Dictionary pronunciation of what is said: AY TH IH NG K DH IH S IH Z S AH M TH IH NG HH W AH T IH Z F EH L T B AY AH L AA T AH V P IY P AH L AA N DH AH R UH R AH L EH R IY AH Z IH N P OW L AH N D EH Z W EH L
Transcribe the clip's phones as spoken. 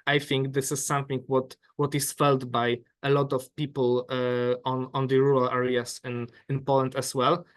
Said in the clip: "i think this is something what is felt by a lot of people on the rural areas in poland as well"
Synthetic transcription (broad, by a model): AY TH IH NG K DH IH S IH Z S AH M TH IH NG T W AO T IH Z F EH L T B AY AH L AA T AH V P IY P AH N AA N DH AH R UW R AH L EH R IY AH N IH N P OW L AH N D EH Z W EH L